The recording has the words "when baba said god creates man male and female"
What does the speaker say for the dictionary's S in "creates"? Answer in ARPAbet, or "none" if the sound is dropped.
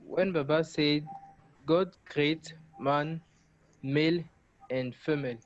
none